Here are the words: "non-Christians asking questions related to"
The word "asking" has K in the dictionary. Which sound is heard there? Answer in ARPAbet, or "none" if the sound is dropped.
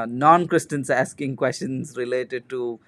K